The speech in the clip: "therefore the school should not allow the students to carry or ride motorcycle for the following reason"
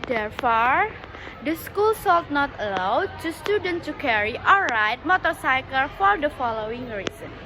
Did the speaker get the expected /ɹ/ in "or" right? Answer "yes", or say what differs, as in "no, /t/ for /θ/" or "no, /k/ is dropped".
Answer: no, /l/ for /ɹ/